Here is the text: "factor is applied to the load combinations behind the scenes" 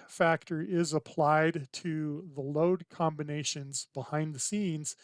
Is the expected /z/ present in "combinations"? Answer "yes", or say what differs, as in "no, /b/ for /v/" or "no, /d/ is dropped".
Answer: yes